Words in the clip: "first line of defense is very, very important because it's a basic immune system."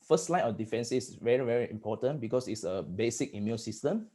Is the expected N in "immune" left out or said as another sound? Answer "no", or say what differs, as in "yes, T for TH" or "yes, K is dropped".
yes, L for N